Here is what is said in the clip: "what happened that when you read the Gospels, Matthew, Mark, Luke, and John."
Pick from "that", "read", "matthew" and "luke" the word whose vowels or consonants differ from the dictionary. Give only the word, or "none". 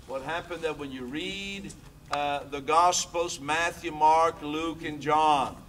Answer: none